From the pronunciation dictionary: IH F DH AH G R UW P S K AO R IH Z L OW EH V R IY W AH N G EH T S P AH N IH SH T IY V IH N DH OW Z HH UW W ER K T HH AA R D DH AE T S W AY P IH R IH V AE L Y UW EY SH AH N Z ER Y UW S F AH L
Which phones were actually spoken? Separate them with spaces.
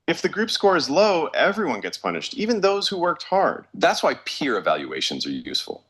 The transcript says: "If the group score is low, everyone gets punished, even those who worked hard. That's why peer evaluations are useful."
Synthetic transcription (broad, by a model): IH F DH AH G R UW P S K AO R IH Z L OW EH V R IY W AH N G EH T S P AH N IH SH T IY V IH N DH OW Z HH UW W ER K T HH AA R D DH AE T S W AY P IH R IH V AE L Y UW EY SH AH N Z ER Y UW S F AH L